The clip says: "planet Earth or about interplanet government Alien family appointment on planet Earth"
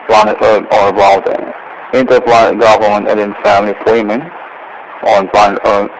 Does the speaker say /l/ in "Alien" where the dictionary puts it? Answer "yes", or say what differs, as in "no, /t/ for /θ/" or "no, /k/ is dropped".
no, /n/ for /l/